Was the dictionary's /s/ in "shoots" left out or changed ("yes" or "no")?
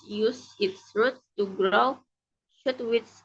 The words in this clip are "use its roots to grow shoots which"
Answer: yes